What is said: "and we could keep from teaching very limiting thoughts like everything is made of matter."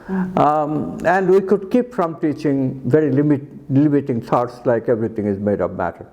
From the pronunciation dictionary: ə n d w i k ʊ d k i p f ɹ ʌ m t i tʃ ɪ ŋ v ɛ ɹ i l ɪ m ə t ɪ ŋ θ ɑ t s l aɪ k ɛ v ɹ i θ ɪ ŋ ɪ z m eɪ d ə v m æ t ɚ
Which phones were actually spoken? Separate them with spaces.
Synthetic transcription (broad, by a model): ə n d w i k ʊ d k i p f ɹ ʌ m t i tʃ ɪ ŋ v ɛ ɹ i l ɪ m ə t ɪ ŋ s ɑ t s l aɪ k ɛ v ɹ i t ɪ ŋ ɪ z m eɪ d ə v m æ t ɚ